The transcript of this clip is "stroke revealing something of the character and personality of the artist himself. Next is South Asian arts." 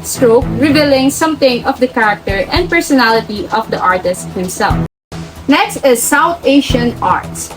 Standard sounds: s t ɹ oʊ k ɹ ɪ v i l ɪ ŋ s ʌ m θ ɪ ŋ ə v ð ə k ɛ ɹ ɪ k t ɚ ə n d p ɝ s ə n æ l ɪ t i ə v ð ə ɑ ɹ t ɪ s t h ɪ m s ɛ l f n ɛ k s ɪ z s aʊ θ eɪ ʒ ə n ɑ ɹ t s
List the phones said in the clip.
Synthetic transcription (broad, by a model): s t ɹ oʊ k ɹ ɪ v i l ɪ ŋ s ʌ m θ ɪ ŋ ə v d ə k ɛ ɹ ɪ k t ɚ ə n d p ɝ s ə n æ l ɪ t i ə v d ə ɑ ɹ t ɪ s t h ɪ m s ɛ l f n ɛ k s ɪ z s aʊ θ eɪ ʃ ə n ɑ ɹ t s